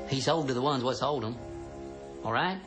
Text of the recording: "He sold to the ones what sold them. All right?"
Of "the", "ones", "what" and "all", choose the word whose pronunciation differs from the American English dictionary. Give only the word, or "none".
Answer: none